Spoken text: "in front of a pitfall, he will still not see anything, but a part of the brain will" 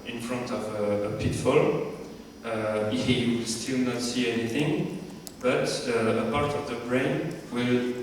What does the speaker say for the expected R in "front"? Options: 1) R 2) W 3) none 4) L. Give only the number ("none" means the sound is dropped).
1